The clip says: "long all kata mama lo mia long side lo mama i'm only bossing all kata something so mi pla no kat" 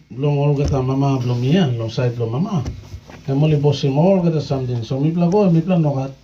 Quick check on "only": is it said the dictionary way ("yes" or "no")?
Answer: no